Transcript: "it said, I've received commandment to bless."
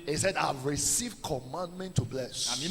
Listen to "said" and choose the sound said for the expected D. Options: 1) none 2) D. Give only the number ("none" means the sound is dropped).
2